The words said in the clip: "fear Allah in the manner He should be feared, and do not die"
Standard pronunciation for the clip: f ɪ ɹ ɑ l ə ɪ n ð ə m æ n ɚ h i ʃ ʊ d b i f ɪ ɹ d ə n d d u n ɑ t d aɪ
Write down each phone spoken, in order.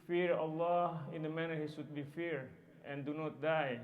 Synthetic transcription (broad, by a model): f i ɹ ɑ l ə ɪ n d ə m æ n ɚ h i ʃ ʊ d b i f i ɹ ə n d d u n ɑ t d aɪ